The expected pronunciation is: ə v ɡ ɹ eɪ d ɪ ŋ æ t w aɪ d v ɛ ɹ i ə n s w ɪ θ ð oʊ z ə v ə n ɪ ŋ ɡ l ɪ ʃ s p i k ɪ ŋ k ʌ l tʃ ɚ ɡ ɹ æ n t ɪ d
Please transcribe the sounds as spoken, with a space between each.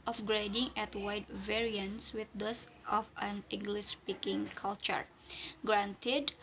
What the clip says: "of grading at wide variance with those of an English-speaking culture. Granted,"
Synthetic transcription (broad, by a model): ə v ɡ ɹ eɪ d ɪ ŋ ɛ t w aɪ d v ɛ ɹ i ə n s w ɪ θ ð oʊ s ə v ə n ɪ ŋ ɡ l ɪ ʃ s p i k ɪ ŋ k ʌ l tʃ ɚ ɡ ɹ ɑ n t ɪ d